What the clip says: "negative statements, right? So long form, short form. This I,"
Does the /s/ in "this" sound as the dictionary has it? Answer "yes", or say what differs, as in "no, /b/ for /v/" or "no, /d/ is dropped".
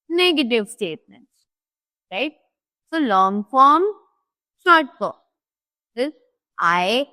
no, /s/ is dropped